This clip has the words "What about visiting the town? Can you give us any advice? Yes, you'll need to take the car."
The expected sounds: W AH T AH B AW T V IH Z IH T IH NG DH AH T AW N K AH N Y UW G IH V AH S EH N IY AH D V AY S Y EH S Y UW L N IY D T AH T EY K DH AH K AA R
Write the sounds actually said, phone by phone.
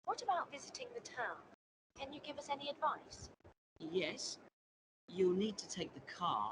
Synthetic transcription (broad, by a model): W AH T AH B AW T V IH Z IH T IH NG DH AH T AW N K AH N Y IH G IH V AH S EH N IY AH D V AY S Y EH S Y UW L N IY D T AH T EY K DH AH K AA